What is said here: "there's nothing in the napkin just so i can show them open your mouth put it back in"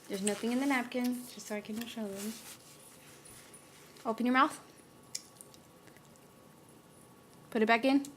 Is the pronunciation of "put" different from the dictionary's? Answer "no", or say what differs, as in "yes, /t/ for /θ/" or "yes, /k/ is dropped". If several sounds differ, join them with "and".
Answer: no